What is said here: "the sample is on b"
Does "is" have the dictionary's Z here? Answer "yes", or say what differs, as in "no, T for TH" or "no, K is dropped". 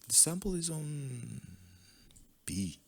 yes